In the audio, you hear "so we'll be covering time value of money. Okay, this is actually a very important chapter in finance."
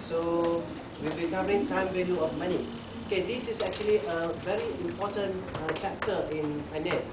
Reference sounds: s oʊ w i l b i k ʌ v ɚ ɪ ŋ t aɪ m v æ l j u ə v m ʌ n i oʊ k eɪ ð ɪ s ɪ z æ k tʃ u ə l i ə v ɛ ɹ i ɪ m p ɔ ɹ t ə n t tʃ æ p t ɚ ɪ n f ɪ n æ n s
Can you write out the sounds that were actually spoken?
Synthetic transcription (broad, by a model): s oʊ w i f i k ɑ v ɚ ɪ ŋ t aɪ m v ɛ n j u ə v m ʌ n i oʊ k eɪ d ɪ s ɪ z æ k tʃ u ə l i ə v ɛ ɹ i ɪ m p ɔ t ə n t tʃ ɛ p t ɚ ɪ n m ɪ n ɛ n